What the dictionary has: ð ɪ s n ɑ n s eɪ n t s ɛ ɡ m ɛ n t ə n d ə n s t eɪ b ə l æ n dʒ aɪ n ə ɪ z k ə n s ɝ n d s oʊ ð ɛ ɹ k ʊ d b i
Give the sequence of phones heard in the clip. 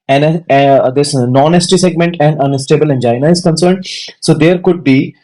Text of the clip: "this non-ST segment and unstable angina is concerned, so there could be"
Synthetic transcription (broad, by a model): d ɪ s n ɑ n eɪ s t s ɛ ɡ m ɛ n t ə n d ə n s t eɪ b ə l æ n dʒ aɪ n ə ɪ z k ə n s ɝ n d s oʊ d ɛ ɹ k ʊ d b i